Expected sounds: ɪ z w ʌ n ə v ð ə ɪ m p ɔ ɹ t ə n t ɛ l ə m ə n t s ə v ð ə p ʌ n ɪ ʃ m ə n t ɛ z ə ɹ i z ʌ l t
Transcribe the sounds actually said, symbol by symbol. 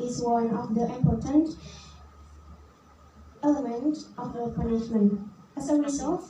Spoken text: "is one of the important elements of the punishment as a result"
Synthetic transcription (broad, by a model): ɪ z w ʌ n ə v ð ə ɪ m p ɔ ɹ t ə n t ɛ l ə m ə n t ə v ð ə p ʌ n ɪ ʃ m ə n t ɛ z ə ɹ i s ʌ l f